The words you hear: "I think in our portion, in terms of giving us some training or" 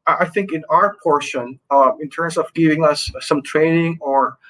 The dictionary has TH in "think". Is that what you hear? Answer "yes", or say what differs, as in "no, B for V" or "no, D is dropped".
yes